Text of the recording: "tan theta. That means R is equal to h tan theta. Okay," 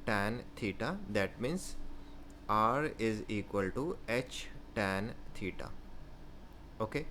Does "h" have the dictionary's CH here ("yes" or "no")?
yes